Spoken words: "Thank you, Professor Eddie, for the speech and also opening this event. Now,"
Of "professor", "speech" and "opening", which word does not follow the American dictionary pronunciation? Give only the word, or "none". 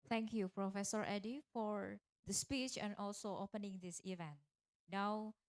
none